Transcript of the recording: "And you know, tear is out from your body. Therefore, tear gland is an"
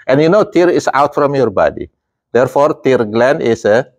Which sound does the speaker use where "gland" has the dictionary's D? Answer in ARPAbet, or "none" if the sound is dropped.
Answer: none